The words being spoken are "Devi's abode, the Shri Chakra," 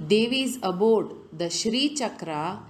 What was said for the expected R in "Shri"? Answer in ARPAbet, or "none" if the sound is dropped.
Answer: R